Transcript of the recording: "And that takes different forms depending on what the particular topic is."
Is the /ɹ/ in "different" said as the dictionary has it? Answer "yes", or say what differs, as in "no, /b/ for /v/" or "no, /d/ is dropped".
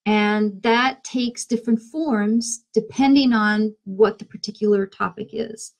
yes